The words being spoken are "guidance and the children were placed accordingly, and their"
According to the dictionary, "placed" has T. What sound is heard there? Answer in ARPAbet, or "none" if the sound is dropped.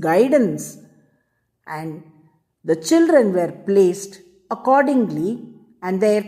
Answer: T